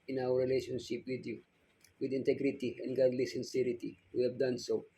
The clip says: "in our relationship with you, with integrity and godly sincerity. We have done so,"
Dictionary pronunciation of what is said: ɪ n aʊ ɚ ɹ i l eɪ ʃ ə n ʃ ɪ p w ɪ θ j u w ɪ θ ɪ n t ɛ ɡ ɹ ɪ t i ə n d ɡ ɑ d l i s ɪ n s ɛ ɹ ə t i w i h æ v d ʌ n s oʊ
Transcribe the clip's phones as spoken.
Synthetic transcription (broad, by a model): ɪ n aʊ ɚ ɹ i l eɪ ʃ ə n ʃ ɪ p w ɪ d j u w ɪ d ɪ n t ɛ ɡ ɹ ɪ t i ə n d ɡ ɑ d l i s ɪ n s ɛ ɹ ə t i w i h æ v d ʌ n s oʊ